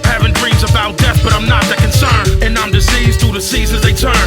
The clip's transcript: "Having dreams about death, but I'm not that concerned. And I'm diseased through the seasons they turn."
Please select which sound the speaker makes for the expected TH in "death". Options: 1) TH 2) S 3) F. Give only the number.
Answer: 1